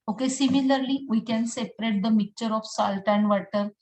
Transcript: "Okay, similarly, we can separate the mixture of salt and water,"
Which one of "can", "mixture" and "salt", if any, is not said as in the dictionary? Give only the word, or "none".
mixture